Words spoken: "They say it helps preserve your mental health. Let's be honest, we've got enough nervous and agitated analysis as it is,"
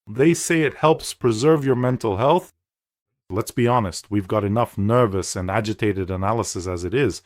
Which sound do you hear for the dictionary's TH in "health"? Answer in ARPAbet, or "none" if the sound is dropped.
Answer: TH